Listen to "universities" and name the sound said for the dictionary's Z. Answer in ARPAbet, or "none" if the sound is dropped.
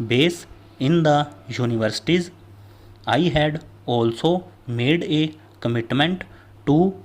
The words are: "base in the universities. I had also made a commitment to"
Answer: Z